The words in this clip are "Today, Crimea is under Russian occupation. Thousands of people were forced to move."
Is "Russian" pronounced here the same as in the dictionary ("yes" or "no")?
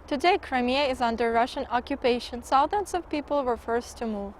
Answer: yes